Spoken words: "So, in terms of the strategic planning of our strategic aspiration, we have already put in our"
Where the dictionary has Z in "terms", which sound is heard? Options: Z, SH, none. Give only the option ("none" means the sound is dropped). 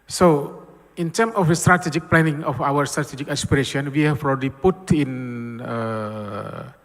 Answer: none